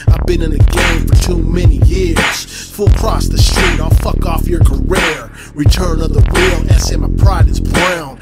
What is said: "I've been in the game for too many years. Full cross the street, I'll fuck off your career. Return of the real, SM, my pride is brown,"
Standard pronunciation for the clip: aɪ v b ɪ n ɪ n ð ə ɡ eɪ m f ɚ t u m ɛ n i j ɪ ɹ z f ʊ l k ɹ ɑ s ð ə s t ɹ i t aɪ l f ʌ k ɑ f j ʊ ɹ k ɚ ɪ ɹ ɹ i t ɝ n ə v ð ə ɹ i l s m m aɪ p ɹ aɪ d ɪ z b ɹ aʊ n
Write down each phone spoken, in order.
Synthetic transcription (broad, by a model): aɪ v b ɪ n ɪ n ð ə ɡ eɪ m f ɚ t u m ɛ n i j ɪ ɹ z f ʊ l k ɹ ɑ s ð ə s t ɹ i t aɪ l f ʌ k ɑ f j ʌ ɹ k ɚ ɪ ɹ ɹ i t ɝ n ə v ð ə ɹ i l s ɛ m aɪ p ɹ aɪ d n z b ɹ aʊ n